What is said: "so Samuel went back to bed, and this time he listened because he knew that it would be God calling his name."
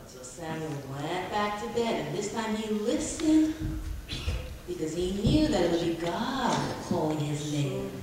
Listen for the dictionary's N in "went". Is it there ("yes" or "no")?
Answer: no